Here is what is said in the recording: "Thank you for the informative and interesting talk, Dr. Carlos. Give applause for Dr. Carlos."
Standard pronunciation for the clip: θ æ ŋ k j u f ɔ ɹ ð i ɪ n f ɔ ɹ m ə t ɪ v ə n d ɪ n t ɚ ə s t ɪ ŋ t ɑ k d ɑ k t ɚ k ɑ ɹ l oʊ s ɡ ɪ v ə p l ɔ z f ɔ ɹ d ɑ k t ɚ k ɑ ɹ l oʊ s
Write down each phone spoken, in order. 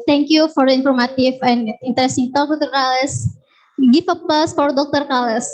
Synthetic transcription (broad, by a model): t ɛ ŋ k j u f ɔ ɹ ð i n f ɔ ɹ m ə t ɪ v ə n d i n t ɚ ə s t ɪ ŋ t ɑ k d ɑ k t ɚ k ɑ l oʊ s ɡ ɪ f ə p ʌ s f ɔ ɹ d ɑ k t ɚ k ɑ l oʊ s